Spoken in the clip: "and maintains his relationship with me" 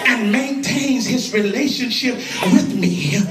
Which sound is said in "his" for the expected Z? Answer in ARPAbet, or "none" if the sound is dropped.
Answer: Z